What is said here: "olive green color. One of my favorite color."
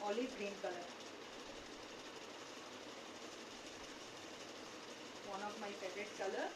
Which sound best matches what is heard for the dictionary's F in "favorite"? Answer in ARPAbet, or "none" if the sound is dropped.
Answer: P